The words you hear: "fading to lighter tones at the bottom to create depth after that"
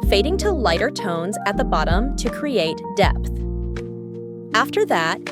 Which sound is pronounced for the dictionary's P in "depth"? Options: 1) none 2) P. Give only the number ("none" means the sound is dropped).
2